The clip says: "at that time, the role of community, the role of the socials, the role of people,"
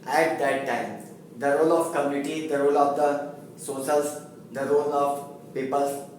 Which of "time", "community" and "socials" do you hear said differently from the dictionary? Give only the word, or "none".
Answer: socials